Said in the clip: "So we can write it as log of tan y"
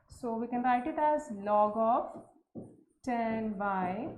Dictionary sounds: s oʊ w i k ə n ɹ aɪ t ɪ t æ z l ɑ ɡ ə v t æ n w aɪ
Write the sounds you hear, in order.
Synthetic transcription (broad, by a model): s oʊ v i k ə n ɹ aɪ t ɪ t æ z l ɑ ɡ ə f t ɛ n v aɪ